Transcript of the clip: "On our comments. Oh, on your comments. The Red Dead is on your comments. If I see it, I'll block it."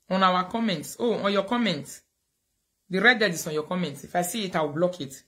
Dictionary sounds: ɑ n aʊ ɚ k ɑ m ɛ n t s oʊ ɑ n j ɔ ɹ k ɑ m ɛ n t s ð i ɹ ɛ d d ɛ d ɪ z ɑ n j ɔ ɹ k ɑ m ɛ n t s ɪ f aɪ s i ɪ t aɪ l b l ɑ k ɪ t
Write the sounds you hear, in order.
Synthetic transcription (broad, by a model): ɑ n aʊ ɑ k ɑ m ɛ n t s oʊ ɑ n j ɔ k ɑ m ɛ n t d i ɹ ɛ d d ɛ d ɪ s ɑ n j ɔ k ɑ m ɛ n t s ɪ f aɪ s i ɪ t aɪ w b l ɑ k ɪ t